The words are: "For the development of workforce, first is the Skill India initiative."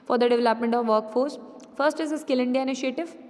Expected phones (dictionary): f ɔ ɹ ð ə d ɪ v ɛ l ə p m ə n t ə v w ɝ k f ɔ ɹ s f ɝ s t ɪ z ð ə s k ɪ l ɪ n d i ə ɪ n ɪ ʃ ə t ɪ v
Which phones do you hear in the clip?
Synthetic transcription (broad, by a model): f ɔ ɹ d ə d ɪ v ɛ l ə p m ə n t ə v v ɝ k f ɔ ɹ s f ɝ s t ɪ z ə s k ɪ l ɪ n d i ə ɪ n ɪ ʃ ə t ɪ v